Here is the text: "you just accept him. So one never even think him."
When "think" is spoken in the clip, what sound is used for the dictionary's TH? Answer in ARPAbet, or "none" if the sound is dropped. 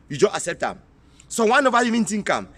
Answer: T